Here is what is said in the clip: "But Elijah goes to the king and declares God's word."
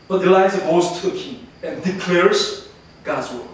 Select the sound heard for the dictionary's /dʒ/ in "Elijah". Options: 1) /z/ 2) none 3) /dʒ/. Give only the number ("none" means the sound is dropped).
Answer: 1